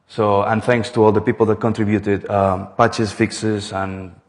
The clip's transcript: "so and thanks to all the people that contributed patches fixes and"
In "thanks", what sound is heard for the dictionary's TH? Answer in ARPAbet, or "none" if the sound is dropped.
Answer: T